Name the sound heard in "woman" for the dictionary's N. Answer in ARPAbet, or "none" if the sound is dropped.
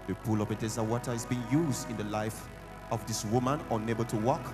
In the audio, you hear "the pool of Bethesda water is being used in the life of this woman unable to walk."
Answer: N